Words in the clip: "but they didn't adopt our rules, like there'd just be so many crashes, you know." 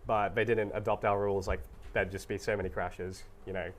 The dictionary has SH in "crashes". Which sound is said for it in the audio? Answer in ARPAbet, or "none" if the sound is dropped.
SH